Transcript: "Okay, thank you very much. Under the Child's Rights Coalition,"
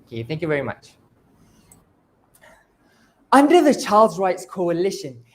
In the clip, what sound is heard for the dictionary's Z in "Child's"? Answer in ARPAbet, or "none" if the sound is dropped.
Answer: Z